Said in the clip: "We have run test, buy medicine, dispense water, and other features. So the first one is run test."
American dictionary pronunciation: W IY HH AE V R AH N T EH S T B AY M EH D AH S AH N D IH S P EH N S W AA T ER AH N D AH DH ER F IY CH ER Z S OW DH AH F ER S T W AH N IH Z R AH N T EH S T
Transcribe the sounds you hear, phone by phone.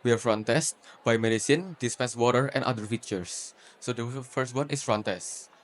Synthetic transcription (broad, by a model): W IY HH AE F R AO N T EH S T B AY M EH D AH S AH N D IH S P EH N S W AA T ER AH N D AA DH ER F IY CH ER S OW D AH F ER S T W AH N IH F R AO N T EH S T